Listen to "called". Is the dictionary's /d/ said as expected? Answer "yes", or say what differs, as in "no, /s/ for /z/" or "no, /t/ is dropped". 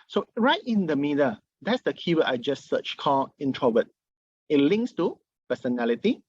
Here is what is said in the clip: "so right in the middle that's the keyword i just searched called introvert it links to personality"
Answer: no, /d/ is dropped